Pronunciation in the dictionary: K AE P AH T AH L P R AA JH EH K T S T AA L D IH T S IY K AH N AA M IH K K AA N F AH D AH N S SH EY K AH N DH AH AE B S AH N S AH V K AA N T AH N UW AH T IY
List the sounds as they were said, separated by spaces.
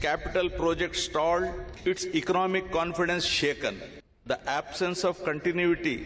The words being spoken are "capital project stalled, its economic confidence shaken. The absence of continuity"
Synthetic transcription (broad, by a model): K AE P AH T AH L P R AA JH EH K T S T AA L D IH T S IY K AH N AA M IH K K AA N F AH D AH N S SH EY K AH N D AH AE B S AH N S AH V K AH N T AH N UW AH T IY